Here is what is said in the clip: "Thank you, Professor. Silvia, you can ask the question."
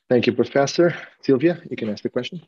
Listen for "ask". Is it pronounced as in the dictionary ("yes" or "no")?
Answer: yes